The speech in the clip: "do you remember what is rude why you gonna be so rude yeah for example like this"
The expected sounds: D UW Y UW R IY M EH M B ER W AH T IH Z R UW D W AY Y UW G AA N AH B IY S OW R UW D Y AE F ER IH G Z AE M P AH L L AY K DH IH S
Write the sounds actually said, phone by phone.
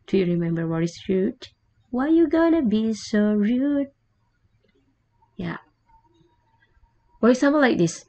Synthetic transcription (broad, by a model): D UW Y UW R IY M EH M B ER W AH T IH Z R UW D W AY Y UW G AA N AH B IY S OW R UW D Y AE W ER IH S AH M AH N L AY K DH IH S